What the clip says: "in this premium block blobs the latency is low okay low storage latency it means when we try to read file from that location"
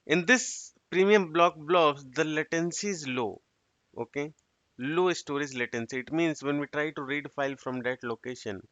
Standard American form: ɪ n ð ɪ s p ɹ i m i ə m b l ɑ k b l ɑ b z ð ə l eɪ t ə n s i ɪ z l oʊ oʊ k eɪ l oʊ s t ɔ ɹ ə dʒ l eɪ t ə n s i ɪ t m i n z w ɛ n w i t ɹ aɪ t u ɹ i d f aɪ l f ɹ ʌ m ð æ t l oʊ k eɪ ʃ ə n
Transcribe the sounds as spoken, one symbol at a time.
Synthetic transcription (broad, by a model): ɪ n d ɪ s p ɹ i m i ə m b l ɑ k b l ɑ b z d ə l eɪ t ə n s i ɪ z l oʊ oʊ k eɪ l oʊ s t ɔ ɹ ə z l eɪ t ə n s i ɪ t m i n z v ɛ n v i t ɹ aɪ t u ɹ i d f aɪ l f ɹ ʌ m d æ t l oʊ k eɪ ʃ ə n